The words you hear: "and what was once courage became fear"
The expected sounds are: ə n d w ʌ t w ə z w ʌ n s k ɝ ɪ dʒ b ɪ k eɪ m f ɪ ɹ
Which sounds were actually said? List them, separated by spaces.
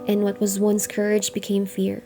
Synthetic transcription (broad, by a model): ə n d w ʌ t w ə z w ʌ n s k ɝ ɪ dʒ b ɪ k eɪ m f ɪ ɹ